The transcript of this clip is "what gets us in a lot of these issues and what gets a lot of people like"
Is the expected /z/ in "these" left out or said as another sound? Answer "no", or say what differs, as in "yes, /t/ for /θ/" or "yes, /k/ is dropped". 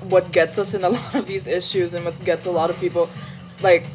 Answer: no